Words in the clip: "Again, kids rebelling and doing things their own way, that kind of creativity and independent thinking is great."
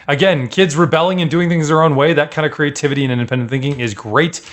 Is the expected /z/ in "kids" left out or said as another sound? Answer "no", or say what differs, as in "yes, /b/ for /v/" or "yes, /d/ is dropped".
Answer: no